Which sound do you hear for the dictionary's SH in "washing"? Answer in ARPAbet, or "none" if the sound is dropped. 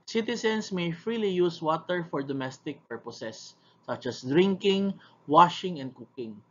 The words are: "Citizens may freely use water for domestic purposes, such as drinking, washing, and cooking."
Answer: SH